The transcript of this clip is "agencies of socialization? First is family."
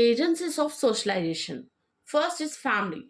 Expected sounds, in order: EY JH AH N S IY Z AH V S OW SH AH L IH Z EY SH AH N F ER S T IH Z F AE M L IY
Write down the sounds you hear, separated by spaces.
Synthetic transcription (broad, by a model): EY JH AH N S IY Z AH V S OW SH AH L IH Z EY SH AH N F ER S T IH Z F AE M L IY